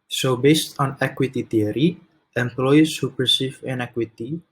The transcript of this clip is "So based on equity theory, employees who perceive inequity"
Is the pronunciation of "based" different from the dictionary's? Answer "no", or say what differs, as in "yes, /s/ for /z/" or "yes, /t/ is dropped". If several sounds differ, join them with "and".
no